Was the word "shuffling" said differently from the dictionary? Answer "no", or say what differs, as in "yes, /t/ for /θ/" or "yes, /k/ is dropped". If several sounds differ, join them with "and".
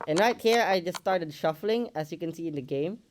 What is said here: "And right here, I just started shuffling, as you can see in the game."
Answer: no